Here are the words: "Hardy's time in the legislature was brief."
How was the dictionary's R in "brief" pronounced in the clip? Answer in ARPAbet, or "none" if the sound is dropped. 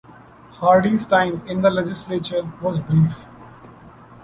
R